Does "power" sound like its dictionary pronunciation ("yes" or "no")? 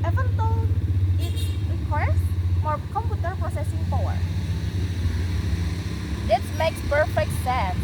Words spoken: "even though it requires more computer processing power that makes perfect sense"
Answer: no